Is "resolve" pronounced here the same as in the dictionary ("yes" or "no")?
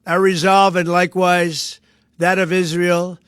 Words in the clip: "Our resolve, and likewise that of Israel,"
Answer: yes